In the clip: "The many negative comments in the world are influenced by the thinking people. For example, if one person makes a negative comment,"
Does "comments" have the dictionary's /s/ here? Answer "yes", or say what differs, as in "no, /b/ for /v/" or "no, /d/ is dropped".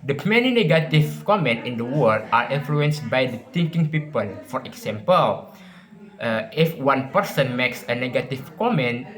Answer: no, /s/ is dropped